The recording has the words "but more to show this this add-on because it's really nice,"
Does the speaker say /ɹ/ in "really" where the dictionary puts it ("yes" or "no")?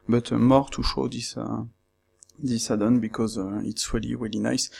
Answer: yes